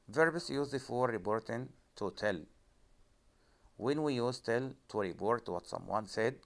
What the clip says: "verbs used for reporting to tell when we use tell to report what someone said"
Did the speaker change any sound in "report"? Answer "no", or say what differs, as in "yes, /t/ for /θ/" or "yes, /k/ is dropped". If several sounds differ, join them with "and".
yes, /b/ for /p/